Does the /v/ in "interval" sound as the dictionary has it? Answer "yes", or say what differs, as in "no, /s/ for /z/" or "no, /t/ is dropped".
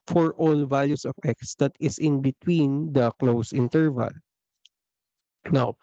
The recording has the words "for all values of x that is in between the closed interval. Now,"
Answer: yes